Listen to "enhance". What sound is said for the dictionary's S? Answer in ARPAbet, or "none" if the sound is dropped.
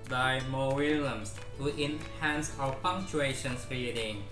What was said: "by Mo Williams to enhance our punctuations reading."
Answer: S